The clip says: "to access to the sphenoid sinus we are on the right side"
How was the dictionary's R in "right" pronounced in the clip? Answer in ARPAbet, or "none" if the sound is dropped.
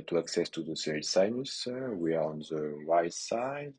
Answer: W